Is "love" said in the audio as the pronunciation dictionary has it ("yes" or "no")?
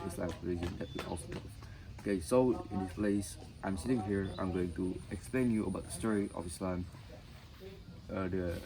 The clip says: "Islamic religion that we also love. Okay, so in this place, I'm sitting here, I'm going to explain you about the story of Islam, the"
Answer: no